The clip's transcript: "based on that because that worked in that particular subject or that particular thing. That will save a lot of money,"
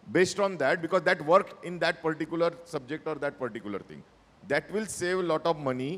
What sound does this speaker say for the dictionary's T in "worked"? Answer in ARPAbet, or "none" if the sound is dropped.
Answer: none